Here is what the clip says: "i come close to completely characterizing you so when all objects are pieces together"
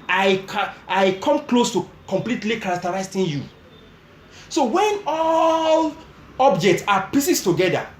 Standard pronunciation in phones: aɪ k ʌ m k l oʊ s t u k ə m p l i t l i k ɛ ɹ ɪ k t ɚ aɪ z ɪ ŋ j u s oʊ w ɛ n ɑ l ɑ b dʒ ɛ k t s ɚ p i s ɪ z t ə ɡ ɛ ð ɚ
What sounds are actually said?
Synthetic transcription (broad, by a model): aɪ k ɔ m k l oʊ s t u k ə m p l i t l i k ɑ ɹ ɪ k t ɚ aɪ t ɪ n j u s oʊ w ɛ n ɑ l ɑ b dʒ ɛ k t s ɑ p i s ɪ s t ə ɡ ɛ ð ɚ